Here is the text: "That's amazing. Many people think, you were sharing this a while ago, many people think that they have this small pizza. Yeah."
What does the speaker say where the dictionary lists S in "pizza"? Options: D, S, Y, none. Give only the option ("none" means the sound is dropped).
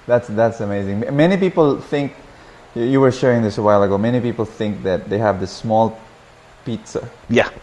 S